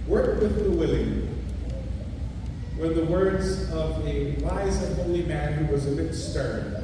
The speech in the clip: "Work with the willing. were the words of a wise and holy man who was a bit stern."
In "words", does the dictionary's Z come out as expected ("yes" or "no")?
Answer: yes